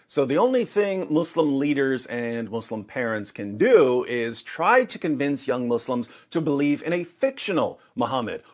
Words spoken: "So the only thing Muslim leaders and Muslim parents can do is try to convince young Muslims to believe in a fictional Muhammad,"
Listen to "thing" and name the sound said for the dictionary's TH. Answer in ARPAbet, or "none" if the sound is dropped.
TH